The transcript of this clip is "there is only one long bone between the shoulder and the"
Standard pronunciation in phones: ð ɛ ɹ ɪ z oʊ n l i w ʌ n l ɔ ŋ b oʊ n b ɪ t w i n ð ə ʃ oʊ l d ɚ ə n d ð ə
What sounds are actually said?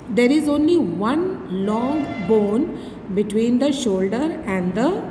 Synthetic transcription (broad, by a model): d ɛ ɹ ɪ z oʊ n l i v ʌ n l ɔ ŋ b oʊ n b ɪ t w i n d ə ʃ oʊ l d ɚ ə n d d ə